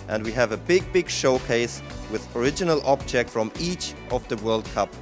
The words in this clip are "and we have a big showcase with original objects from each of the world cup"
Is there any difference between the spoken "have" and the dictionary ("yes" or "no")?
yes